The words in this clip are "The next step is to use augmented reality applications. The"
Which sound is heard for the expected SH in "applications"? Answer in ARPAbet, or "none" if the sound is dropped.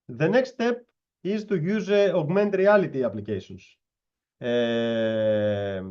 S